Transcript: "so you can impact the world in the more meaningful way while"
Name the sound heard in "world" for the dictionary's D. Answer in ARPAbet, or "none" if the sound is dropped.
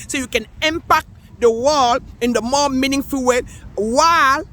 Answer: none